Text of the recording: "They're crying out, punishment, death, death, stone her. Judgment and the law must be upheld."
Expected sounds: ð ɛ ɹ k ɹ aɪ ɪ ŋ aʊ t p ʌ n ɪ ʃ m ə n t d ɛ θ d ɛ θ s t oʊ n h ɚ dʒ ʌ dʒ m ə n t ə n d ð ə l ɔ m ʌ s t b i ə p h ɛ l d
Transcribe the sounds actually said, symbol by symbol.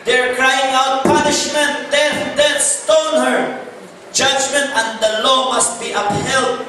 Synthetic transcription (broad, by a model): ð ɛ ɹ k ɹ aɪ ɪ ŋ aʊ t p ʌ n ɪ ʃ m ə n t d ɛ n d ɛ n s t oʊ n h ɚ dʒ ʌ dʒ m ə n t ə n d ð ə l ɔ m ʌ s t b i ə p h ɛ l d